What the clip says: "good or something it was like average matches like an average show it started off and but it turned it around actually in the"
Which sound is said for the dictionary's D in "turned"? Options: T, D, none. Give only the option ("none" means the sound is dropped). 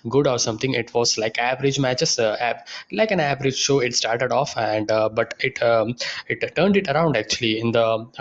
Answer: D